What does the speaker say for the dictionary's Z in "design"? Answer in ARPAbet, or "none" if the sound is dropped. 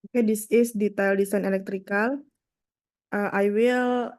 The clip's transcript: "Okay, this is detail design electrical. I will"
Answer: S